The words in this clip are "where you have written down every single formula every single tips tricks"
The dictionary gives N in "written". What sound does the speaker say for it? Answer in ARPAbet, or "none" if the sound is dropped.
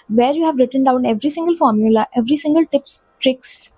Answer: N